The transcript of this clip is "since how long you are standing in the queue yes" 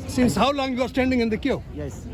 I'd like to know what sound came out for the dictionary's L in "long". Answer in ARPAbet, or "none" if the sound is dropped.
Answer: L